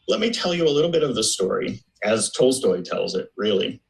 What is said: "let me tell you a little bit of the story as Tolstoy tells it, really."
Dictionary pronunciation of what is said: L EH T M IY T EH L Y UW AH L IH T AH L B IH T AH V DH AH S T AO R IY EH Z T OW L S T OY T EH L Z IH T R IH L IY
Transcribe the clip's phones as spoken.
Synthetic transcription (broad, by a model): L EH T M IY T EH L Y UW AH L IH T L B IH T AH V DH AH S T AO R IY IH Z T OW L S T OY T EH L Z IH T R IH L IY